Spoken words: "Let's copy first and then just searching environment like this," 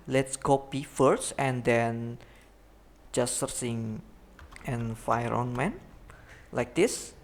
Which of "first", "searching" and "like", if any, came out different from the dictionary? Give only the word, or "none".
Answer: searching